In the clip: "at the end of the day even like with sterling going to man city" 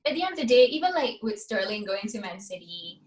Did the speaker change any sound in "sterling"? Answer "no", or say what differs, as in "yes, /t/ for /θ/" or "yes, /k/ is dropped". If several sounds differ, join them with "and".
no